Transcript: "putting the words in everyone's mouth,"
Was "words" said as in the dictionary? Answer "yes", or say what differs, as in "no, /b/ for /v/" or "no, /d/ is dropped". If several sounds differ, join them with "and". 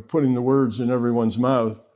yes